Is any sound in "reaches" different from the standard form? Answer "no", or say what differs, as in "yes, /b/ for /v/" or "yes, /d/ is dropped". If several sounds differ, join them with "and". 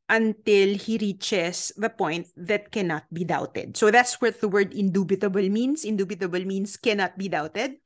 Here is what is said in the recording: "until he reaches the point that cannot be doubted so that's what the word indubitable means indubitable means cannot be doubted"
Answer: yes, /s/ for /z/